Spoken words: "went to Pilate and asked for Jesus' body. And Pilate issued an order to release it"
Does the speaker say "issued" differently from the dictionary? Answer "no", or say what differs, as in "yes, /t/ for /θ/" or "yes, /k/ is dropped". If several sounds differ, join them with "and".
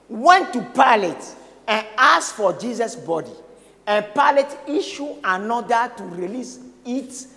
yes, /d/ is dropped